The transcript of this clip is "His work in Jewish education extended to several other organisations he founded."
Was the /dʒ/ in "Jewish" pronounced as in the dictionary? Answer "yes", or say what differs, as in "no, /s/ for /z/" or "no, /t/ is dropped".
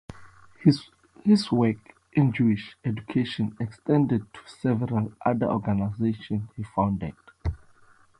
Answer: yes